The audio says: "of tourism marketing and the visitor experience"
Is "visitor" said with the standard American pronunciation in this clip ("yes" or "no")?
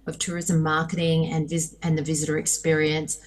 yes